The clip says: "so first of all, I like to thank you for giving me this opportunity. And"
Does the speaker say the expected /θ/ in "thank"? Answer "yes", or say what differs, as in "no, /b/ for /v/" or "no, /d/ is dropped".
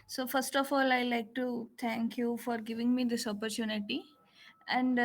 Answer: no, /t/ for /θ/